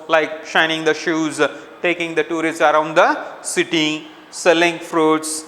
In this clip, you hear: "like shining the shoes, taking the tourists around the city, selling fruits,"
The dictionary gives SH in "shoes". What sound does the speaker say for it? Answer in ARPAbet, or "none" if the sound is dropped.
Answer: SH